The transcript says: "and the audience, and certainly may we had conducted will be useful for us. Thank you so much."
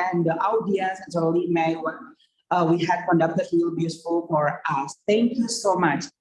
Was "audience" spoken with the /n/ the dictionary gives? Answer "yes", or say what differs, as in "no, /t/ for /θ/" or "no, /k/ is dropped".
no, /n/ is dropped